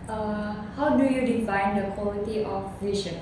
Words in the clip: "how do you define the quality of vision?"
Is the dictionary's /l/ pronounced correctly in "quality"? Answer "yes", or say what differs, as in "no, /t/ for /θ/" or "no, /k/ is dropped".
no, /l/ is dropped